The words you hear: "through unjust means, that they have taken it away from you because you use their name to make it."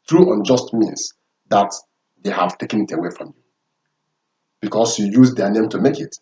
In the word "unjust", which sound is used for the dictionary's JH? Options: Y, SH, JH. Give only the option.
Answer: JH